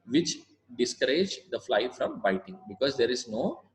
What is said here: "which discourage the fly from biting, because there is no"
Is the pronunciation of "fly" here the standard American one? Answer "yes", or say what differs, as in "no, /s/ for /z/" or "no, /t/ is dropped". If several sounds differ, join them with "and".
yes